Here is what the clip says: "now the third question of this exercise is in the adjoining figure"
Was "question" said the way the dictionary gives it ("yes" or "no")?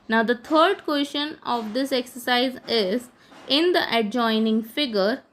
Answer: no